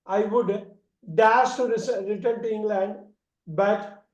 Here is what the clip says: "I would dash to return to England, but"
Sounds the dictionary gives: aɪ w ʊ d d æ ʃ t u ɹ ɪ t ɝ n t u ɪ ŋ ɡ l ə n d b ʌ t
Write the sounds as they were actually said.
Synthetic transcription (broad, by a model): aɪ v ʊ d d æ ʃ t u ɹ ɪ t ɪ n t u ɪ ŋ ɡ l ə n d b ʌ t